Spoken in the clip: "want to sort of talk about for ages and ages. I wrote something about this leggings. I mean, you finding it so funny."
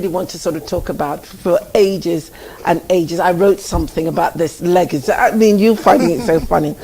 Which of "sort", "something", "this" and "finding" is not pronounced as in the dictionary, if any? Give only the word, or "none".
none